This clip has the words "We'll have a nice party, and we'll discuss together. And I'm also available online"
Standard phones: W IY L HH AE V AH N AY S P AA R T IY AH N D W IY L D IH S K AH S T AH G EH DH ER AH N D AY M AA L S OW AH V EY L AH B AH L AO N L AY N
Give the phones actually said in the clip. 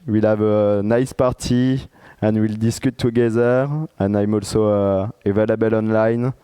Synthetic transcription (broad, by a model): W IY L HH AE V AH N AY S P AA R T IY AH N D W IY L D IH S K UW T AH G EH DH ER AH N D AY M AA L S OW AH V EY L AH B AH L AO N L AY N